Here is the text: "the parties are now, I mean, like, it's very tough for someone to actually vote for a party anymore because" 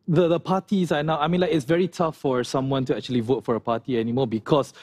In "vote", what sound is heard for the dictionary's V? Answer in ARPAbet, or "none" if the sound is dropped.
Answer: V